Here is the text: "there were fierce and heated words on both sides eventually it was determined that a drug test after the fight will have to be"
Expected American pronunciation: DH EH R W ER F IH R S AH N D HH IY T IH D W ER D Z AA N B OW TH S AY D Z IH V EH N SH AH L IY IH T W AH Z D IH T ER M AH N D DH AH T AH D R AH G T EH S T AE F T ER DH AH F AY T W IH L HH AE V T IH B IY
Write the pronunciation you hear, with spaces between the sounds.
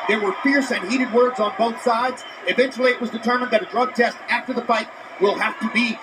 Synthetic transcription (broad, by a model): DH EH R W ER F IH R S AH N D HH IY T IH D W ER D Z N B OW TH S AY D Z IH V EH N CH L IY IH T W AH Z D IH T ER M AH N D DH AH T AH D R AH G T EH S T AE F T ER DH AH F AY T W IH L HH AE F T IH B IY